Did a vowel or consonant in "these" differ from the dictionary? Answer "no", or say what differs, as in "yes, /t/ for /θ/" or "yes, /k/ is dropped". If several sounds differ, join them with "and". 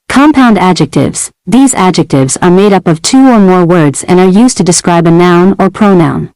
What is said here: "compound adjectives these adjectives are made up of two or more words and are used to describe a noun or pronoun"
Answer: no